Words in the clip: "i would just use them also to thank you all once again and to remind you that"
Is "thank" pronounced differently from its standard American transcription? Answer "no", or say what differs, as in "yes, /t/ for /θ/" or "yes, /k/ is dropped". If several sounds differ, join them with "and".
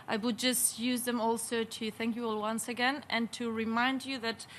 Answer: no